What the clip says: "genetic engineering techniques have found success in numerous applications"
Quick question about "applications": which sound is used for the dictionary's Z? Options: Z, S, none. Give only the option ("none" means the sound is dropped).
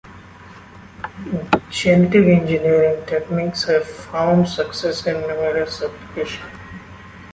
none